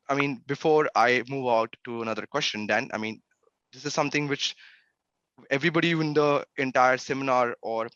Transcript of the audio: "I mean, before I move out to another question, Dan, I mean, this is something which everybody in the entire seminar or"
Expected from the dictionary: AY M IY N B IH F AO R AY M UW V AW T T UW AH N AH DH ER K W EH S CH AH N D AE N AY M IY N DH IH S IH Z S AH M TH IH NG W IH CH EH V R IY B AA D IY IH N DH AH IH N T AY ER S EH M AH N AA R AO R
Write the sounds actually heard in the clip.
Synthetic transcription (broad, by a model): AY M IY N B IH F AO R AY M UW V AW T T UW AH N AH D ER K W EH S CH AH N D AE N AY M IY N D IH S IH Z S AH M T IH NG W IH CH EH V R IY B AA D IY IH N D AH IH N T AY ER S EH M AH N AA R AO R